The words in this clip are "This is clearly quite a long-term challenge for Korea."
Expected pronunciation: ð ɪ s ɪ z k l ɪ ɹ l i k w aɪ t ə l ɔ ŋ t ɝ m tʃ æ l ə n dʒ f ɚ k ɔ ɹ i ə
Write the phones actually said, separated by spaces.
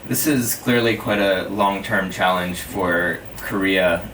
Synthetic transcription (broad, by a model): ð ɪ s ɪ z k l ɪ ɹ l i k w aɪ t ə l ɔ ŋ t ɝ m tʃ æ l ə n ʒ f ɚ k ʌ ɹ i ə